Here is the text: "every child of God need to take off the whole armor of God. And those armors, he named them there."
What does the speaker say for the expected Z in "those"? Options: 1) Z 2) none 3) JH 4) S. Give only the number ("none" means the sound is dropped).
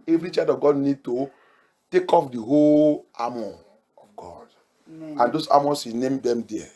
4